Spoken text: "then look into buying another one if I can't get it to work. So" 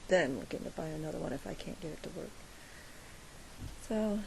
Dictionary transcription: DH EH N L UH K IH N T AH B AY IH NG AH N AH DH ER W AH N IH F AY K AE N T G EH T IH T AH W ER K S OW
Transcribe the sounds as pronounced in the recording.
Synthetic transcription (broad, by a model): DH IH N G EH IH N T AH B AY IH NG AH N AH DH ER W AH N IH F AY K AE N G EH T IH T AH W ER K S OW